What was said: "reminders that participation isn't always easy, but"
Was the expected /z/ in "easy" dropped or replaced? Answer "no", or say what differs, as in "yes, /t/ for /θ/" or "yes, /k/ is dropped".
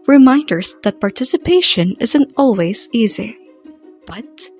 no